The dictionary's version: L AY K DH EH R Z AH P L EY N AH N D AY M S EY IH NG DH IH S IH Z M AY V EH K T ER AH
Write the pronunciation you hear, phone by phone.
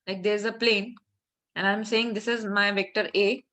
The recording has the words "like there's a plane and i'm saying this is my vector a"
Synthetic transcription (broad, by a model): L AY K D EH R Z AH P L EY N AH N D AY M S EY IH NG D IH S IH Z M AY V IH K T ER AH